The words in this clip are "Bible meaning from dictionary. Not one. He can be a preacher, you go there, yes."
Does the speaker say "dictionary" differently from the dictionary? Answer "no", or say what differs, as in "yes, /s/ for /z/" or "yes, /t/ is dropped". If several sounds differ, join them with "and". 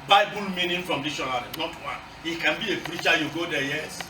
yes, /k/ is dropped